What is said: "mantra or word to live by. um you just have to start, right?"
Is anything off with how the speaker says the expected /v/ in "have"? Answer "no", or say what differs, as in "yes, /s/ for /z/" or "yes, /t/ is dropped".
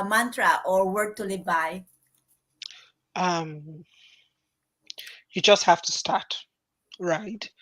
yes, /f/ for /v/